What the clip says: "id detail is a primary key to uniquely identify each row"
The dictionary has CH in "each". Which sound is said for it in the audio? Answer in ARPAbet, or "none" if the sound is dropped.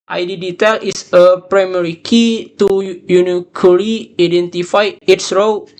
S